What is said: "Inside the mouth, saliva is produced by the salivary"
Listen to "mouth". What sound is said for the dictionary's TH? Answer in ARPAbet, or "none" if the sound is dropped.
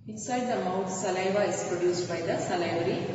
T